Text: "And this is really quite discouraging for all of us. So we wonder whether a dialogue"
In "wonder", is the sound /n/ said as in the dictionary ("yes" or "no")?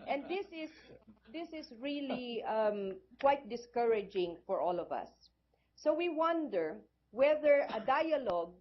yes